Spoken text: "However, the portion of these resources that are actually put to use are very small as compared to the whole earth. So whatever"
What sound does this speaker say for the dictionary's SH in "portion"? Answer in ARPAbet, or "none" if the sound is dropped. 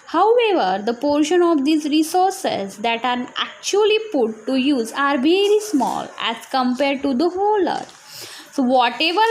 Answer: SH